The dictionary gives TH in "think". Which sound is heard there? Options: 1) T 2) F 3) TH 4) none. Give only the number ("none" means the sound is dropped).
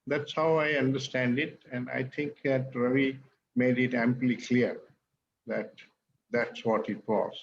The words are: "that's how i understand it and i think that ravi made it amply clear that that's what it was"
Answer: 1